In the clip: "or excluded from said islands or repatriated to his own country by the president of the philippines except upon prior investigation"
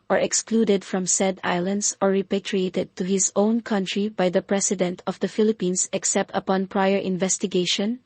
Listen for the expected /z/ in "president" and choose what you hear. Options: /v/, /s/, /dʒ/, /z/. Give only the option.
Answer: /s/